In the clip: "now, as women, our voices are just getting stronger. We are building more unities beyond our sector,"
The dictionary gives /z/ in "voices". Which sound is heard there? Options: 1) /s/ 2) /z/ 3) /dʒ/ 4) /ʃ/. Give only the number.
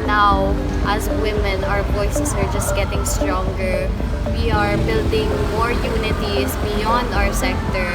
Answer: 1